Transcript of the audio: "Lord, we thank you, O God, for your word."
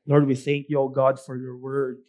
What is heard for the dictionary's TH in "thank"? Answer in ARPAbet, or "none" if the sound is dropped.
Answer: TH